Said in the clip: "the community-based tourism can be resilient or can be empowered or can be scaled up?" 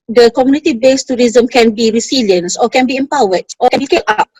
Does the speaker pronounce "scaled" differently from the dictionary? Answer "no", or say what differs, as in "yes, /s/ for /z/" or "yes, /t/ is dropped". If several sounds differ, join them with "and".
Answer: yes, /d/ is dropped